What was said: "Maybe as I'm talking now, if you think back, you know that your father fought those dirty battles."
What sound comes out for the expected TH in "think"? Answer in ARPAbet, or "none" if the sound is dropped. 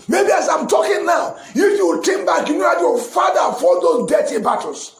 T